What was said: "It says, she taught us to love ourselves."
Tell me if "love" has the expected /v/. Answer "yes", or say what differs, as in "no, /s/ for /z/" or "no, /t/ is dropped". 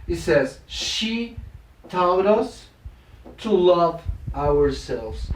yes